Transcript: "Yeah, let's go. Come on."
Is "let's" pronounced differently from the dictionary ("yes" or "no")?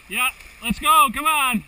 no